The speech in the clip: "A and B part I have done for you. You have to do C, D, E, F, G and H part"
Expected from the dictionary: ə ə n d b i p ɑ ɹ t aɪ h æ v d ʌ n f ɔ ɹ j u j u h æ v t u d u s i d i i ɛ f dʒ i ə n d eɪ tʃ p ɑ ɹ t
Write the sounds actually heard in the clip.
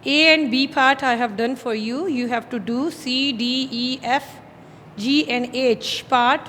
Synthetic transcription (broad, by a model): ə ə n d b i p ɑ ɹ t aɪ h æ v d ʌ n f ɔ ɹ j u j u h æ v t u d u s i d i i ɛ f dʒ i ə n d eɪ tʃ p ɑ ɹ t